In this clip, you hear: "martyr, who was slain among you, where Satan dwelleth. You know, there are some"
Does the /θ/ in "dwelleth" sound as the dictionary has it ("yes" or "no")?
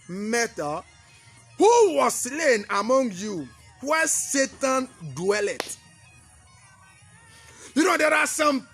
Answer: no